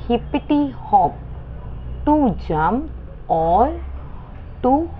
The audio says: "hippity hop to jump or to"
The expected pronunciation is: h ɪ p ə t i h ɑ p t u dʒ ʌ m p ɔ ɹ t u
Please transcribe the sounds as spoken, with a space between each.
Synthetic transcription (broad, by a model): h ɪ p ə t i h ɑ p t u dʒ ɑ m ɔ l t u